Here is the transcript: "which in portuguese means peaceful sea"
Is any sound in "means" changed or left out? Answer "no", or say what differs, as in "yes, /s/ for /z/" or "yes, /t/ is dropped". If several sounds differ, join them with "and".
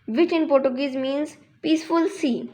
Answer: no